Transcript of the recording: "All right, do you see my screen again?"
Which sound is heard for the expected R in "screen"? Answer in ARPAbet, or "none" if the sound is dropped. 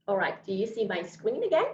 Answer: W